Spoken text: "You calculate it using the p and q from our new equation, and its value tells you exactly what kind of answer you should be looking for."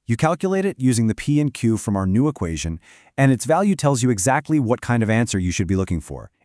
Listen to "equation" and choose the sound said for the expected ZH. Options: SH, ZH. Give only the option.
ZH